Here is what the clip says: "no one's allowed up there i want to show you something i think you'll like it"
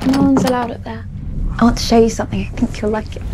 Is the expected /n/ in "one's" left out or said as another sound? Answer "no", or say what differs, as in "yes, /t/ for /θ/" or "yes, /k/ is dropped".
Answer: no